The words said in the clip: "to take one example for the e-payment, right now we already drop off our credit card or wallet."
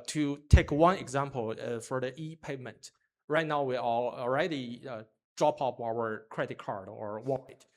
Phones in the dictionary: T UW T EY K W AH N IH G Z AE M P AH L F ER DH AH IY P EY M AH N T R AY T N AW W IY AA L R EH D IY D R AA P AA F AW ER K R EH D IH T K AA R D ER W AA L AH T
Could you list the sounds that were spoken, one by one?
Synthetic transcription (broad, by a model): T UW T EY K W AH N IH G Z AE M P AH L F ER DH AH IY P EY M AH N T R AY T N AW W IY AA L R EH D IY D R AA P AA P AW ER K R EH D IH T K AA R D ER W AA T